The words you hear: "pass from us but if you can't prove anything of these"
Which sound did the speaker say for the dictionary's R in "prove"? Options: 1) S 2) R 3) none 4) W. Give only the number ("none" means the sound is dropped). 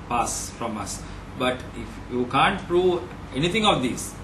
2